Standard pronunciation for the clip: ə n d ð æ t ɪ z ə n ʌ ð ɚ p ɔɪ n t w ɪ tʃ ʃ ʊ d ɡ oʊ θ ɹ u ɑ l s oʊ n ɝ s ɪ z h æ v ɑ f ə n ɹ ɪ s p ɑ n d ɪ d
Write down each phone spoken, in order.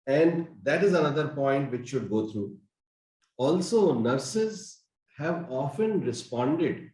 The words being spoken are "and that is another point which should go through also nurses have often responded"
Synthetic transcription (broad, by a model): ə n d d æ t ɪ z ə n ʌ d ɚ p ɔɪ n t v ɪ tʃ ʃ ʊ d ɡ oʊ t ɹ u ɑ l s oʊ n ɝ s ɪ z h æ v ɑ f ə n ɹ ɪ s p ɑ n d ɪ d